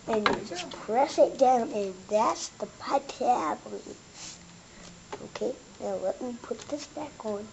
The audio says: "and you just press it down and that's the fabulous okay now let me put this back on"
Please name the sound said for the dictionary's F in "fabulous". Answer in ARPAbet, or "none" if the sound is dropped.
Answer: P